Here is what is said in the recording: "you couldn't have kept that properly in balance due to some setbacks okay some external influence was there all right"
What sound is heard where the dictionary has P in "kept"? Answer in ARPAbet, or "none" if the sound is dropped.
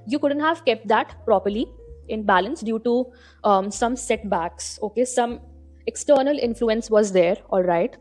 P